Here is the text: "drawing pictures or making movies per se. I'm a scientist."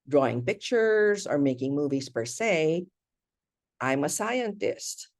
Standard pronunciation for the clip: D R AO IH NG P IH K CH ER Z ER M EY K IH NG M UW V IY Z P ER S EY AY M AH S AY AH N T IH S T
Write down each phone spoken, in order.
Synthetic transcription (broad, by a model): D R AO IH NG P IH K CH ER Z ER M EY K IH NG M UW V IY Z P ER S EY AY M AH S AY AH N T IH S T